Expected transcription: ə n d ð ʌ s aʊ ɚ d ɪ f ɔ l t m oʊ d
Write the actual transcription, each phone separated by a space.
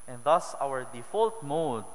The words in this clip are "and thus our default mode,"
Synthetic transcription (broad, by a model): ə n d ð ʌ s aʊ ɚ d ɪ f ɔ l t m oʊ d